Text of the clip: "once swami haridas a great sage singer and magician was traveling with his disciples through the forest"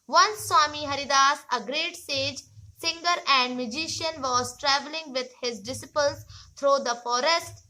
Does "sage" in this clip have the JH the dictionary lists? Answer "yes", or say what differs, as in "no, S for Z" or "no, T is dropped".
yes